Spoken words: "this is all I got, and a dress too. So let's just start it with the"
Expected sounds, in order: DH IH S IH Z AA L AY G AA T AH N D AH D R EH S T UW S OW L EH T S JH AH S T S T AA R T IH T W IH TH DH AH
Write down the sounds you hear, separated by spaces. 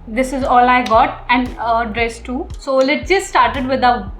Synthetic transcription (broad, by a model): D IH S IH Z AA L AY G AA T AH N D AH D R EH S T UW S OW L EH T JH AH S T S T AA R T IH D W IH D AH